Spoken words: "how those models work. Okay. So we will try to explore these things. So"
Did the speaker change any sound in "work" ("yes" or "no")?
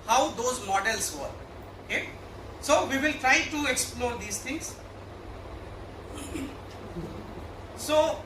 yes